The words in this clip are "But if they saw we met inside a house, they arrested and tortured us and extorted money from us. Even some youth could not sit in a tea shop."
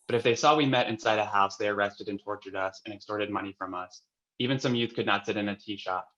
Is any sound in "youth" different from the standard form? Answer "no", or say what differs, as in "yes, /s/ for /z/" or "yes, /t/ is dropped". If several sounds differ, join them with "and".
no